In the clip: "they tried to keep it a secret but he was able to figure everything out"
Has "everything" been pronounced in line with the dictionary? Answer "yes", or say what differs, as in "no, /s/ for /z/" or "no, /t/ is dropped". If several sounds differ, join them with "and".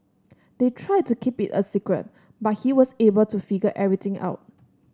no, /v/ is dropped and /t/ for /θ/